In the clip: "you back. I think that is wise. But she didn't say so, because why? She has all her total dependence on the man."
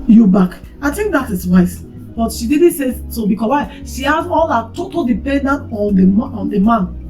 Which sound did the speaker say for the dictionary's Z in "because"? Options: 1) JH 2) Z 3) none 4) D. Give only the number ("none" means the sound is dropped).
3